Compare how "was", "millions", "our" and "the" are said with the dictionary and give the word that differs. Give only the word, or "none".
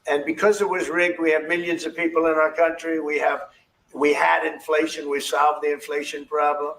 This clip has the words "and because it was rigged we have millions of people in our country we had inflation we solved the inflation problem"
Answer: none